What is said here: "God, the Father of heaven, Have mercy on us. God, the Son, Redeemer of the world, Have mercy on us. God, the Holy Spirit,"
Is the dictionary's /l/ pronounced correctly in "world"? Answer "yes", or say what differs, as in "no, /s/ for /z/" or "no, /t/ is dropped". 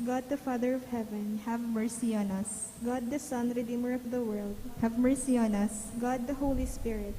yes